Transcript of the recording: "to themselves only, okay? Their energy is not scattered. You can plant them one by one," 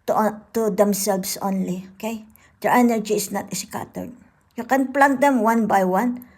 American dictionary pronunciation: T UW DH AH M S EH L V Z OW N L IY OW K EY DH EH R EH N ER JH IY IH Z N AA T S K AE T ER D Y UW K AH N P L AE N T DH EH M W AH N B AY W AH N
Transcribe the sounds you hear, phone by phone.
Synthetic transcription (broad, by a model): T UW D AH M S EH L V S OW N L IY OW K EY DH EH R EH N ER JH IY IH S N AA T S K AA T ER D Y UW K AH N P L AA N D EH M W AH N B AY W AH N